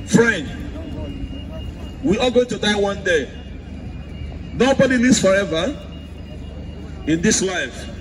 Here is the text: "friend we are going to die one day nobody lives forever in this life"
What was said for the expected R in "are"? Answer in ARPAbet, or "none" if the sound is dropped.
L